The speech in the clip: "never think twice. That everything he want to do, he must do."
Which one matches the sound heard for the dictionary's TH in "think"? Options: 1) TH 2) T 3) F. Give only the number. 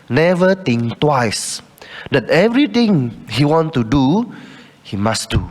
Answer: 2